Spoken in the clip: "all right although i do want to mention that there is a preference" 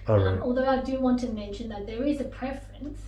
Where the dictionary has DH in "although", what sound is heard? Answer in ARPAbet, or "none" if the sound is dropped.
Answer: DH